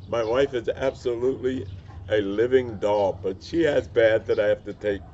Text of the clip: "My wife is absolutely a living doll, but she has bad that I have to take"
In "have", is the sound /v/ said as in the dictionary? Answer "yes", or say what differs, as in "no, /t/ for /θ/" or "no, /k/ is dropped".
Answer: no, /f/ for /v/